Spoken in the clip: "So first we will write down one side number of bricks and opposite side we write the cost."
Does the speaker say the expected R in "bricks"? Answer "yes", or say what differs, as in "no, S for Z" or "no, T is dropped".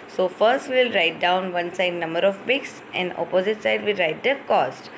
no, R is dropped